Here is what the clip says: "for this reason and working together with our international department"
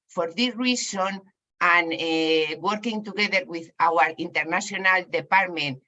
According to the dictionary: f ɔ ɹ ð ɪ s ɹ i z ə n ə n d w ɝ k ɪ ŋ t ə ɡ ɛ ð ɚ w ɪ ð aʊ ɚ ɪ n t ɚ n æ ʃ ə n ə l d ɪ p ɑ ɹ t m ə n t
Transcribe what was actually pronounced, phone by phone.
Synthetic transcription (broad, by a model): f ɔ ɹ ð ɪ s ɹ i s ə n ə n w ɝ k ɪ ŋ t ə ɡ ɛ ð ɚ w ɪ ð aʊ ɚ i n t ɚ n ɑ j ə n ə l d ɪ p ɑ ɹ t m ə n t